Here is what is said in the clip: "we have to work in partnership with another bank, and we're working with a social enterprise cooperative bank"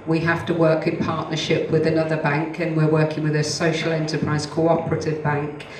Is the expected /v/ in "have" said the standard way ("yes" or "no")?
no